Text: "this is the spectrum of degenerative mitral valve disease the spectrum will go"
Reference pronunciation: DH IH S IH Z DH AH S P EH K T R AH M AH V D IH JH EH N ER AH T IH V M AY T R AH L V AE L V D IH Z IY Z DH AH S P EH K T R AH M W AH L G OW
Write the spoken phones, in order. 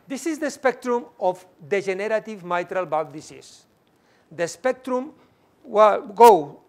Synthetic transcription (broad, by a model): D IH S IH Z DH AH S P EH K T R AH M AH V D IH ZH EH N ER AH T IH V M AY T R AH L B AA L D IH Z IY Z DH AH S P EH K T R AH M W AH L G OW